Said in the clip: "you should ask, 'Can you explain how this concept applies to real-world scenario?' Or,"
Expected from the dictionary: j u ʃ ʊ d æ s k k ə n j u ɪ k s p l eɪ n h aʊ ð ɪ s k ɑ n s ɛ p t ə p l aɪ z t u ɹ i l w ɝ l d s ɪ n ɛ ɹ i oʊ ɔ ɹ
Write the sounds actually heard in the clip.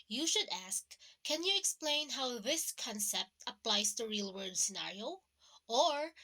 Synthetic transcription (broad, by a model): j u ʃ ʊ d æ s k k ə n j u ɪ k s p l eɪ n h aʊ ð ɪ s k ɑ n s ɛ p t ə p l aɪ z t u ɹ i l w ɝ d s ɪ n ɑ ɹ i oʊ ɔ ɹ